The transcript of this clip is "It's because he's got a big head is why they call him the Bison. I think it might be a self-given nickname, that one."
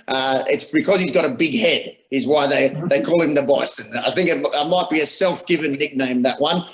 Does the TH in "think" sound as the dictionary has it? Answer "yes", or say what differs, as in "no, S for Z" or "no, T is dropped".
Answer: yes